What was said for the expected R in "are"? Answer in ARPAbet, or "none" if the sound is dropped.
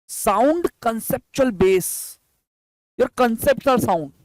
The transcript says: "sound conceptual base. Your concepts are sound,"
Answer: L